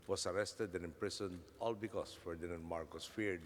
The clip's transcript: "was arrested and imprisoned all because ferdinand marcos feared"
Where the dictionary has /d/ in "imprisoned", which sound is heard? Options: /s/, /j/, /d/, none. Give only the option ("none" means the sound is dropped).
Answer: none